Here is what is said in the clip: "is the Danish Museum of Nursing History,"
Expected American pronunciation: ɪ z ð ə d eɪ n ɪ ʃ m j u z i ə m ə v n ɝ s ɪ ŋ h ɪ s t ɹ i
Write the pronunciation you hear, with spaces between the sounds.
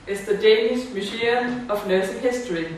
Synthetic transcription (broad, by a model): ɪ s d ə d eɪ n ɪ s m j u s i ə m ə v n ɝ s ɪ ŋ h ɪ s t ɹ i